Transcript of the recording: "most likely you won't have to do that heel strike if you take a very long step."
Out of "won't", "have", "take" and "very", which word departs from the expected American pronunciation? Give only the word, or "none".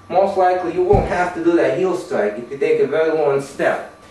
have